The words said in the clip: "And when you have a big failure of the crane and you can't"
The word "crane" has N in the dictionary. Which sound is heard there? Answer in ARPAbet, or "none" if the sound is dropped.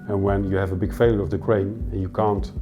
none